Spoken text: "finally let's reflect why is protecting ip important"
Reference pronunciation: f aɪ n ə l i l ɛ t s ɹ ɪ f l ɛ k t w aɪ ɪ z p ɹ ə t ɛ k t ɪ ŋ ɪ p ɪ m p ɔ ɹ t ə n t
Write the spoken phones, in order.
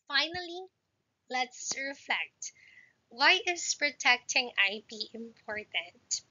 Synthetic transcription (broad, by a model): f aɪ n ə l i l ɛ t s ɹ ɪ f l ɛ k t w aɪ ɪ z p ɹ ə t ɛ k t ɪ ŋ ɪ b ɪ m p ɔ ɹ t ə n t